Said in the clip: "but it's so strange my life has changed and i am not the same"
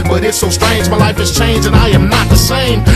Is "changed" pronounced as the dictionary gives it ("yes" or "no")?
no